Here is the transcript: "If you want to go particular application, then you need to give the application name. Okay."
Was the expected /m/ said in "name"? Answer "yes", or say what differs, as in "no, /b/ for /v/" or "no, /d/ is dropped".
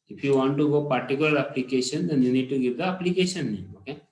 no, /m/ is dropped